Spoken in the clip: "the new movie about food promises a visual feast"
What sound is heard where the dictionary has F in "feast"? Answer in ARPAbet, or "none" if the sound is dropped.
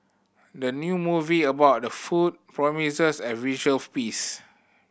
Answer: P